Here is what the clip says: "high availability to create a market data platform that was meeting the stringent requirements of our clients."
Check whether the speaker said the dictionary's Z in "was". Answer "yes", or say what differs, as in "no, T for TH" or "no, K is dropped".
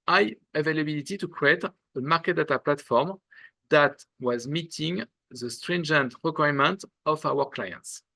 yes